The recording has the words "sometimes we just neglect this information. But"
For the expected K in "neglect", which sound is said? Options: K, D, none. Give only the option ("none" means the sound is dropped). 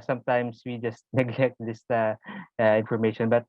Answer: K